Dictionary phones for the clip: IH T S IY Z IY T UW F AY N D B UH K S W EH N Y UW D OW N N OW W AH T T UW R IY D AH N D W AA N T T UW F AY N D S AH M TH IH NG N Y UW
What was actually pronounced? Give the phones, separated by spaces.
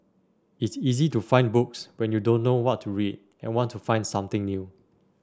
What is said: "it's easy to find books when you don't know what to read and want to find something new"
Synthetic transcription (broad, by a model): IH T S IY Z IY T UW F AY N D B UH K S W EH N Y UW D OW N N OW W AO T T UW R IY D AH N W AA N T T UW F AY N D S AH M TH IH NG N Y UW